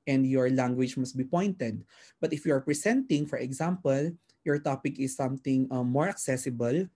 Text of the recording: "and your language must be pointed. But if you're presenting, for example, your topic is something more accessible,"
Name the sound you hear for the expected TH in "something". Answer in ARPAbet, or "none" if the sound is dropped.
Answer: T